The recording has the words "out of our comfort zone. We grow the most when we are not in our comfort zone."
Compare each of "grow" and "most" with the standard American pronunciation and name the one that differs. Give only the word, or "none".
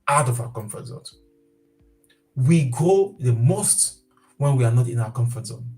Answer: grow